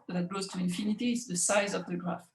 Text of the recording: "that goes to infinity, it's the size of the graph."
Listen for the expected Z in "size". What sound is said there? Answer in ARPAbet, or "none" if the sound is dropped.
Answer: Z